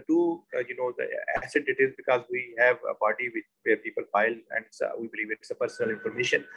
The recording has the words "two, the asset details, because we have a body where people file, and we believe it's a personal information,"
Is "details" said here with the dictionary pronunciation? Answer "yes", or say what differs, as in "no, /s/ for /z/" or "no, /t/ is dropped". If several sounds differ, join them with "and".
no, /l/ is dropped